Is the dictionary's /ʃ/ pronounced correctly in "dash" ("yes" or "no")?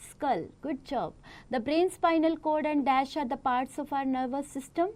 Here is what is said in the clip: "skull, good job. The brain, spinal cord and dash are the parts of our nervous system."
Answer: yes